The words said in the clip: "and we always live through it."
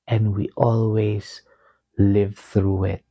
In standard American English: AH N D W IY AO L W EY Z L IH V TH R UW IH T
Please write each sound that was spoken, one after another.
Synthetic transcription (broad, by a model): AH N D W IY AO L W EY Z L IH V TH R UW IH T